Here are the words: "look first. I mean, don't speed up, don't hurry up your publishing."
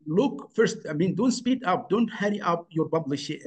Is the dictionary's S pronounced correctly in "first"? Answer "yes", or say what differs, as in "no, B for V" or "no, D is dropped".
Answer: yes